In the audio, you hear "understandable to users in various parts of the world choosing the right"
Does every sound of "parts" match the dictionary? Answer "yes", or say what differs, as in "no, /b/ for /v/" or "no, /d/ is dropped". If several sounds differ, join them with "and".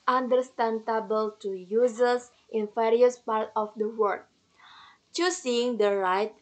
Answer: no, /s/ is dropped